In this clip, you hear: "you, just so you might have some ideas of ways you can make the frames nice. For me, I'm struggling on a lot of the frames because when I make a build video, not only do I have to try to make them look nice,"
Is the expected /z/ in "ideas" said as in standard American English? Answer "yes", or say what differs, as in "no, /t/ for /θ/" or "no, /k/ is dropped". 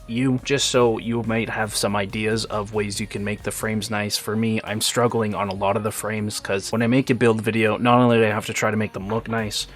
yes